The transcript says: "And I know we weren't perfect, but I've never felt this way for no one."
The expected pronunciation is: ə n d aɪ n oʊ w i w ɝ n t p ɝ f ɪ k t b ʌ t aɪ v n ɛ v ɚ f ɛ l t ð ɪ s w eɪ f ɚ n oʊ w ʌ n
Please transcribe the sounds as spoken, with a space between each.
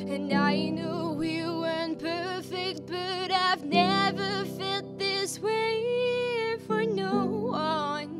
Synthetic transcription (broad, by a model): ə n aɪ n oʊ w i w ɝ n p ɝ f ɪ k t b ʌ t aɪ v n ɛ v ɚ f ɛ t ð ɪ s w eɪ f ɚ n oʊ w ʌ n